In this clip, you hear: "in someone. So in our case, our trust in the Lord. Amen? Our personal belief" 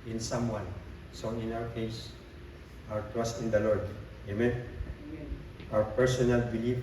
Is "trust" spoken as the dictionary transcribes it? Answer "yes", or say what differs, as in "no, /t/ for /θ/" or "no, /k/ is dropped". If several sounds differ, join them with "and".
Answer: no, /w/ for /ɹ/